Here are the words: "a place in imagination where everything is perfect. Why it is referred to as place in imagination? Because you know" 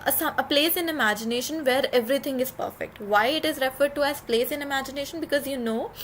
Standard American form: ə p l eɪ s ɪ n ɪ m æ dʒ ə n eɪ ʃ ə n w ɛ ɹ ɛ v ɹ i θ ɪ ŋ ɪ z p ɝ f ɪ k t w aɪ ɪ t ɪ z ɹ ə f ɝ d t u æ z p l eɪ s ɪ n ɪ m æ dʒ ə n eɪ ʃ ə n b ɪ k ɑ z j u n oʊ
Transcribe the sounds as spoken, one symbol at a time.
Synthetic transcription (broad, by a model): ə p l eɪ s ɪ n ɪ m æ dʒ ə n eɪ ʃ ə n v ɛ ɹ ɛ v ɹ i t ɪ ŋ ɪ z p ɝ f ɪ k t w aɪ ɪ t ɪ z ɹ ə f ɝ d t u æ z p l eɪ s ɪ n ɪ m æ dʒ ə n eɪ ʃ ə n b ɪ k ɑ z j u n oʊ